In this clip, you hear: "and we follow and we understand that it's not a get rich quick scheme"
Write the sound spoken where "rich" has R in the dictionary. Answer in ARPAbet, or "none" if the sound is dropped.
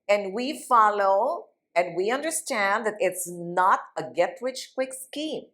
W